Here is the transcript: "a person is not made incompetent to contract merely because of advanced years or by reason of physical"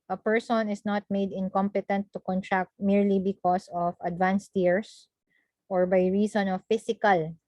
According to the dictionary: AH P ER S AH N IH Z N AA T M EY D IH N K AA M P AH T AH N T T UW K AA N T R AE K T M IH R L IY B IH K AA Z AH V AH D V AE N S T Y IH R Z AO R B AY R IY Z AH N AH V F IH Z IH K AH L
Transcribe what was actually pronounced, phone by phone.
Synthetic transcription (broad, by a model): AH P ER S AH N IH S N AA T M EY D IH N K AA M P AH T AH N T T UW K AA N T R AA K T M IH R L IY B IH K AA S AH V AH D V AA N S T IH R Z AO R B AY R IY S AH N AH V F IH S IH K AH L